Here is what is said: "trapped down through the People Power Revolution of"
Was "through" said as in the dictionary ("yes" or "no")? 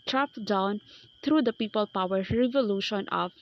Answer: no